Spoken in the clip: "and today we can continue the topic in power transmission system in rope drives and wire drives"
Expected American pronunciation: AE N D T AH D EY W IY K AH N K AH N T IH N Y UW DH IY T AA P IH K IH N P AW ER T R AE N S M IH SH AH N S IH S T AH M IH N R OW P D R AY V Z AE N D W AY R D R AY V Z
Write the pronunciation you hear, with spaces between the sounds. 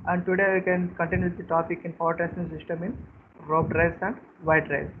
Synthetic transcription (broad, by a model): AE N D T AH D EY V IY K AH N K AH N T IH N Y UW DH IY T AA P IH K IH N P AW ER T AE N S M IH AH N S IH S T AH M IH N R OW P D R AY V S AE N D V AY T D R AY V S